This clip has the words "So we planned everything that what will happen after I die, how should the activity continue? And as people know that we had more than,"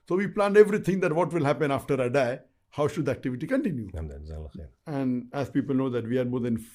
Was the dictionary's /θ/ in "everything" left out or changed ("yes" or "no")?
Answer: yes